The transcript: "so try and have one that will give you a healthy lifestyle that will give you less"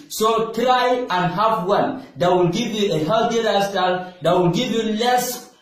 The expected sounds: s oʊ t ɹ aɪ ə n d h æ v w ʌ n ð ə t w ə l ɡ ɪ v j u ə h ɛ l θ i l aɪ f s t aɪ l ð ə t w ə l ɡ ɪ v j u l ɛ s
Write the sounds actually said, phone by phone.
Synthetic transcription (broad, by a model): s oʊ t ɹ aɪ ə n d h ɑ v w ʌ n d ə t w ə l ɡ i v j u ə h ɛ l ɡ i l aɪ s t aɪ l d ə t w ə l ɡ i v j u l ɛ s